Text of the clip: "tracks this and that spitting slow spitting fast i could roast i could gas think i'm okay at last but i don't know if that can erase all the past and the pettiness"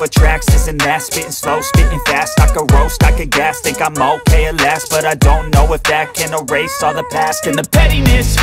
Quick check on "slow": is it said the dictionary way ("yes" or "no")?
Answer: yes